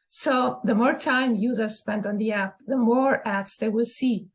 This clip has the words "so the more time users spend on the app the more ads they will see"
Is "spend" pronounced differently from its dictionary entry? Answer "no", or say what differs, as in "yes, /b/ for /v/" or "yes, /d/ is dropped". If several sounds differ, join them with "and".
no